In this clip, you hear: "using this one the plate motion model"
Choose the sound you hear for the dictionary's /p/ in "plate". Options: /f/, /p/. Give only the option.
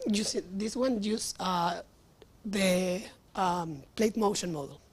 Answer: /p/